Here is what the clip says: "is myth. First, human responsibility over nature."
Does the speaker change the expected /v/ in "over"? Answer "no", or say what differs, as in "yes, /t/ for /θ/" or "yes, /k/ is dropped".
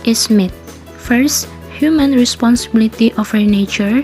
yes, /f/ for /v/